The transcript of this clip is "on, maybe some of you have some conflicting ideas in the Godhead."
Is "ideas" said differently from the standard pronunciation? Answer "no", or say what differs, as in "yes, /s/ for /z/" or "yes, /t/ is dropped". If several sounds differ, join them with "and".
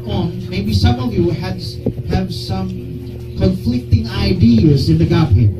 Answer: no